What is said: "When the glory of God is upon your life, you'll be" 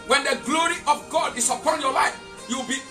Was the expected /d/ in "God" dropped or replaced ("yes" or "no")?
no